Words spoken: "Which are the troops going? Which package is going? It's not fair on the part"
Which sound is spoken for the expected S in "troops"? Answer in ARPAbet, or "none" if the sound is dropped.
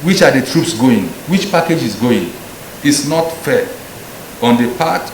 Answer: S